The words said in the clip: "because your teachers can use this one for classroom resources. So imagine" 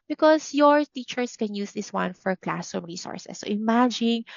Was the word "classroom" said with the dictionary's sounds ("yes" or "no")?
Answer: no